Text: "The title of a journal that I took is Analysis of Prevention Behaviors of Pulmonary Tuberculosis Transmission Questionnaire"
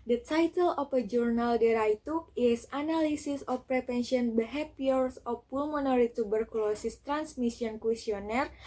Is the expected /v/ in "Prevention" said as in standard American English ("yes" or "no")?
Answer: no